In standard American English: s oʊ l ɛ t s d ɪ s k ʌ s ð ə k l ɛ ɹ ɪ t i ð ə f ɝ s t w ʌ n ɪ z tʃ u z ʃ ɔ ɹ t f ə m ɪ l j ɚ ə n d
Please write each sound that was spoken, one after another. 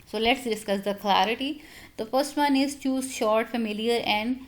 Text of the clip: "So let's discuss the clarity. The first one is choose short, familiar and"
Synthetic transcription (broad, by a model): s oʊ l ɛ t s d ɪ s k ʌ s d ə k l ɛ ɹ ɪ t i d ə f ɝ s t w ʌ n ɪ z tʃ u z ʃ ɔ ɹ t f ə m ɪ l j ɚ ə n d